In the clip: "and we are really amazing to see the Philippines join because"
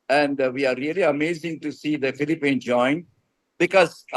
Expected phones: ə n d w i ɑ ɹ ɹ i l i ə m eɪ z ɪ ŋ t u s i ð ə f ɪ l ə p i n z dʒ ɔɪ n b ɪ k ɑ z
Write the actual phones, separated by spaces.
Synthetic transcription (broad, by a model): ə n d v i ɑ ɹ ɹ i l i ə m eɪ z ɪ ŋ t u s i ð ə f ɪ l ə p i n dʒ ɔɪ n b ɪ k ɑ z